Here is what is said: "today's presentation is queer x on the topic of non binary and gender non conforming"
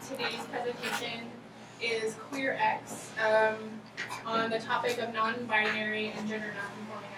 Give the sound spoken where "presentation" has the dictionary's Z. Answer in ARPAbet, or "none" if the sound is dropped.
Z